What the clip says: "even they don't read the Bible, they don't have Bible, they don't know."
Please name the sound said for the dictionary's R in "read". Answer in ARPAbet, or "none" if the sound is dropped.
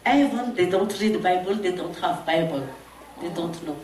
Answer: R